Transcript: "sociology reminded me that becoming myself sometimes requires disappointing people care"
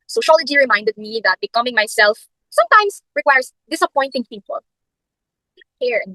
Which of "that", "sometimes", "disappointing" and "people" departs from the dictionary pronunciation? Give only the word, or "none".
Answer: sometimes